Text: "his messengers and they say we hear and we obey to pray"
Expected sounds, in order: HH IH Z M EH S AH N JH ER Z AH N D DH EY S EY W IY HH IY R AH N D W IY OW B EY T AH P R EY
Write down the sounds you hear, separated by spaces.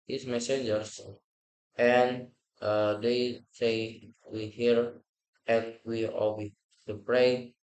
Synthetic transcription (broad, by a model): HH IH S M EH S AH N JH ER S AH N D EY S EY W IY HH IY R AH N W IY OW EY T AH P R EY